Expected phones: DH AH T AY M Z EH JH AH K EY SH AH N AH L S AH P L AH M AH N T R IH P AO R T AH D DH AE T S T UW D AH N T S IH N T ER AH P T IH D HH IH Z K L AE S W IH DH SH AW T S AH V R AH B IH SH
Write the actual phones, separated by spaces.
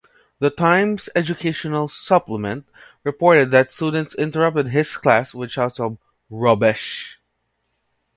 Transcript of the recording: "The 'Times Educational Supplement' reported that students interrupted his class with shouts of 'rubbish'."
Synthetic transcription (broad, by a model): DH AH T AY M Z EH JH AH K EY SH AH N AH L S AH P L AH M AH N T R IH P AO R T AH D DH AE T S T UW D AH N T S IH N T ER AH P T IH D HH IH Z K L AE S W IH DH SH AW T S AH B R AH B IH SH